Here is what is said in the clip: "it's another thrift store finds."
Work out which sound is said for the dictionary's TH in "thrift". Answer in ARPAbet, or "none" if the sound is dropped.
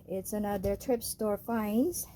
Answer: T